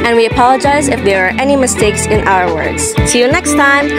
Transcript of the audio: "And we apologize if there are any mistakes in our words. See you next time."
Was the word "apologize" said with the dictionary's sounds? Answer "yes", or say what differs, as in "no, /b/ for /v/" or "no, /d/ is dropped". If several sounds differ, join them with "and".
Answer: yes